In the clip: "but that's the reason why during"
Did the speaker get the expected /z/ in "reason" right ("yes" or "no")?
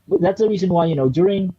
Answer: yes